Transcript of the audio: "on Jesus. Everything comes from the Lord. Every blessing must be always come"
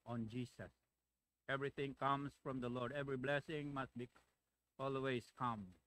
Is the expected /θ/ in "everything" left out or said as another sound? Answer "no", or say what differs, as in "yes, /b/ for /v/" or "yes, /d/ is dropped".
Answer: yes, /t/ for /θ/